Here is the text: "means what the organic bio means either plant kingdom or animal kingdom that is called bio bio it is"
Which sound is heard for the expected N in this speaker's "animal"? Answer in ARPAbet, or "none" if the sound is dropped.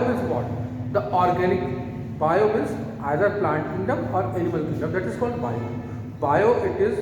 L